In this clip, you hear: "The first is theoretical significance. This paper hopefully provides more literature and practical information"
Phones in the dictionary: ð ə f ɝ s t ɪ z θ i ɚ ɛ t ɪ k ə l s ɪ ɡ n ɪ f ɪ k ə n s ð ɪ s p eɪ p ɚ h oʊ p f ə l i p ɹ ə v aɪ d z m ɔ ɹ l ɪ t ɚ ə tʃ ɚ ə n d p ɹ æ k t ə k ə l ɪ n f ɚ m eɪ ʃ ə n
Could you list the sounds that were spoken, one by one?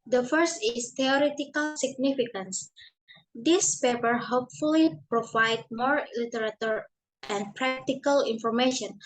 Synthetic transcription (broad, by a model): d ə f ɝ s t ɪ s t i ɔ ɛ t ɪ k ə l s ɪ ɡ n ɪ f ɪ k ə n s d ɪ s p eɪ p ɚ h oʊ p f ə l i p ɹ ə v aɪ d m ɔ ɹ l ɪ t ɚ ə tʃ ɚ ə n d p ɹ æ k t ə k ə l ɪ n f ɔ m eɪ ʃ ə n